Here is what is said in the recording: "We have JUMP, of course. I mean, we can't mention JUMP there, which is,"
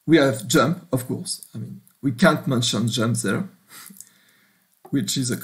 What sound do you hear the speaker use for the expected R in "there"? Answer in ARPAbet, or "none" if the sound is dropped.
R